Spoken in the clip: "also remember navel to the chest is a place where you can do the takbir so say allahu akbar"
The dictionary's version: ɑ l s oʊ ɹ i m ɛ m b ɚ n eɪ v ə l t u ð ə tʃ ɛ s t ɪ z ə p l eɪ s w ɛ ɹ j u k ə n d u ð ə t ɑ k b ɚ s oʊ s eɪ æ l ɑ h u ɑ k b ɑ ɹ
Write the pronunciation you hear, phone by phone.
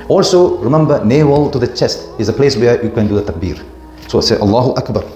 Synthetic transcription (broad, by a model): ɑ l s oʊ ɹ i m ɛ m b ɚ n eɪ w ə l t u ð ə tʃ ɛ s t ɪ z ə p l eɪ s w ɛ j u k ə n d u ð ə t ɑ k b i s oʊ s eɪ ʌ l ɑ h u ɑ k b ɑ ɹ